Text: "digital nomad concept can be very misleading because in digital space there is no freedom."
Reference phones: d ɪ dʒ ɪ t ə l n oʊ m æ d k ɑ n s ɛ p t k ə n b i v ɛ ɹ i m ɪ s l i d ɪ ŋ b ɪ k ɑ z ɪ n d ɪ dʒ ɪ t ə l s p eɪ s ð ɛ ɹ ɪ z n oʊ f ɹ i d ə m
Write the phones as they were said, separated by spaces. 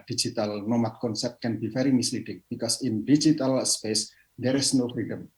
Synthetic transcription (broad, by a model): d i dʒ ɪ t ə l n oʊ m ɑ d k ɑ n s ɛ p t k ə n b i f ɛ ɹ i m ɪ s l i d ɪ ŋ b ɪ k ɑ s ɪ n d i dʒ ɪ t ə l s p eɪ s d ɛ ɹ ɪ s n oʊ f ɹ i d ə m